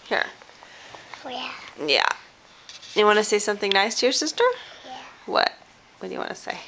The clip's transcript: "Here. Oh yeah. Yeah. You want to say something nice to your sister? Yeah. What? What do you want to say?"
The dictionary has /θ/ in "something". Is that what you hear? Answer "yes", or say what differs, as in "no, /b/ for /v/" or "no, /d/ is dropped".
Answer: yes